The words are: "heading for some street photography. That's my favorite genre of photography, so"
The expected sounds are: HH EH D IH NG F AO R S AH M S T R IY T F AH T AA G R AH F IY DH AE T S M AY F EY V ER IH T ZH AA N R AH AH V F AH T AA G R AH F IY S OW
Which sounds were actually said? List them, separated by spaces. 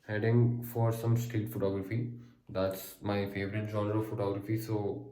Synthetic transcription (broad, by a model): HH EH D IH NG F AO R S AH M S T IY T F AH T AA G R AH F IY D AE T S M AY F EY V ER IH T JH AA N R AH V F AH T AA G R AH F IY S OW